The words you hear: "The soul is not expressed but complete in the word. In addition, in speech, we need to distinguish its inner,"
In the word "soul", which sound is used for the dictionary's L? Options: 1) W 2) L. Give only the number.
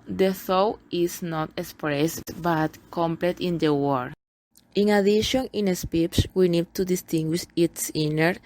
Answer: 1